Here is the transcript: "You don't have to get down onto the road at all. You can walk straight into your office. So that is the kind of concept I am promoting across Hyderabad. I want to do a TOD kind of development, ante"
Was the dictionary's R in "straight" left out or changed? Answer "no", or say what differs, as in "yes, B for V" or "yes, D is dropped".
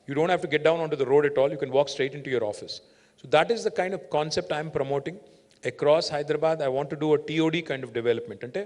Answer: no